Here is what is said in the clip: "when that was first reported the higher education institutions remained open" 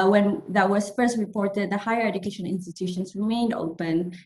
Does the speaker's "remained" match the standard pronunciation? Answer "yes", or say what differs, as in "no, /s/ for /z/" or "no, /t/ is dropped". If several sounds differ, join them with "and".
yes